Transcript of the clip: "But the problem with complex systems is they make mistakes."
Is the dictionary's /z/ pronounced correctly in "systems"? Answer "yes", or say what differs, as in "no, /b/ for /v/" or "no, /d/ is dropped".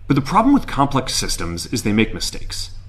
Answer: yes